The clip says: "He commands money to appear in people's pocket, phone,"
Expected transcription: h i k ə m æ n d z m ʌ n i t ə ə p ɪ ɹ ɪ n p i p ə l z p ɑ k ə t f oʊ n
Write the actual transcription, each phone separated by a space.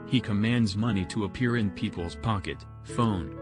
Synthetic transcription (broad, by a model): h i k ə m æ n d z m ʌ n i t ə ə p ɪ ɹ ɪ n p i p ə l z p ɑ k ə t f oʊ n